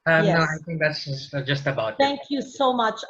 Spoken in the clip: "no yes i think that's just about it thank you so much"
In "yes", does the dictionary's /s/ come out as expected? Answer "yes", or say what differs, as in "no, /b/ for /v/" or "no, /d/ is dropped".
no, /s/ is dropped